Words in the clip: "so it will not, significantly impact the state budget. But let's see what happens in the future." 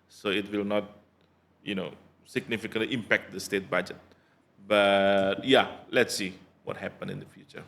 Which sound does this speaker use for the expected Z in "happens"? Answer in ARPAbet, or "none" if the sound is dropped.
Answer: none